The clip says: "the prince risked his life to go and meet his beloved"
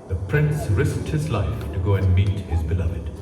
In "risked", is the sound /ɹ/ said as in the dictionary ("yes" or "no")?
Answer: yes